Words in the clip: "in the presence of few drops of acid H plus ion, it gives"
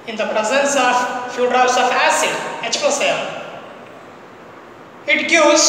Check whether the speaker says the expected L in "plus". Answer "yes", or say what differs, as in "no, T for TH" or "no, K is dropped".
no, L is dropped